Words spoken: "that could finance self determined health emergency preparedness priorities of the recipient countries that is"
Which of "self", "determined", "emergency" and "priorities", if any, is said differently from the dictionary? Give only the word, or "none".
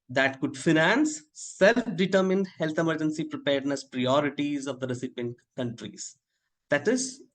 none